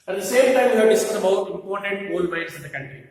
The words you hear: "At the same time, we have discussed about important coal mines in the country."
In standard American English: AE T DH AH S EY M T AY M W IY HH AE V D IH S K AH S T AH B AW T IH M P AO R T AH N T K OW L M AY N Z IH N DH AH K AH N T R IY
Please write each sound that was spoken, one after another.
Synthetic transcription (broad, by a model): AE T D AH S EY M T AY M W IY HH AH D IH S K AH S AH B AW T IH M P AO R T AH N T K OW L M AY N S IH N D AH K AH N T R IY